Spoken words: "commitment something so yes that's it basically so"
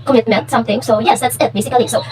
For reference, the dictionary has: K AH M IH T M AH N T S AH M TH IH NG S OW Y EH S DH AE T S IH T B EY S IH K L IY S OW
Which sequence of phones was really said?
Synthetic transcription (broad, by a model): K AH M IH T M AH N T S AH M T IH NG S OW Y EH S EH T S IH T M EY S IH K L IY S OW